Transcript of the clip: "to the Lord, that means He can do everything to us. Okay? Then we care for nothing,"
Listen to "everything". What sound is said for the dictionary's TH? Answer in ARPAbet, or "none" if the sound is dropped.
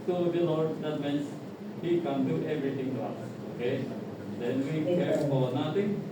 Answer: T